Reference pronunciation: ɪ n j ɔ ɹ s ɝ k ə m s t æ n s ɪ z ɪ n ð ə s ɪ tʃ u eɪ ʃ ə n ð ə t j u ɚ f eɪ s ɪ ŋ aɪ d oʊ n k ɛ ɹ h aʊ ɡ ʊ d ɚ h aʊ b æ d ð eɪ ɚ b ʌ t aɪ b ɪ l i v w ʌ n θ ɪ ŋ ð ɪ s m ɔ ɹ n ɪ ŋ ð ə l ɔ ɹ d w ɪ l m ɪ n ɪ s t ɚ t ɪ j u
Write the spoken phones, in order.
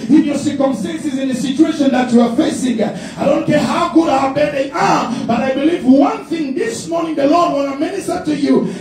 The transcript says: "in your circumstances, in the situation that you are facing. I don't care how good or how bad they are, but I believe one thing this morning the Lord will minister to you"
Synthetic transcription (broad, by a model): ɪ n j ɔ ɹ s ɝ k ə m s t æ n s ɪ z ɪ n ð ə s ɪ tʃ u eɪ ʃ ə n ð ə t j u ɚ f eɪ s ɪ ŋ aɪ d oʊ n k ɛ ɹ h aʊ ɡ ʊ d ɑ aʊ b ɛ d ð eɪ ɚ b ʌ t aɪ b ɪ l i v w ʌ n θ ɪ ŋ ð ɪ s m ɔ ɹ n ɪ ŋ ð ə l ɔ ɹ d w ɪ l m ɪ n ɪ s t ɚ t ɪ j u